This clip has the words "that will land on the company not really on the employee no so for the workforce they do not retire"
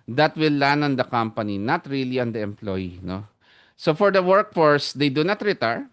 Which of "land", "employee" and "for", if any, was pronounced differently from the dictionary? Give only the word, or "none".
land